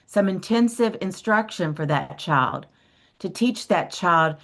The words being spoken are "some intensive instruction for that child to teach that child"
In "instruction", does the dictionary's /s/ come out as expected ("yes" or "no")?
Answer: yes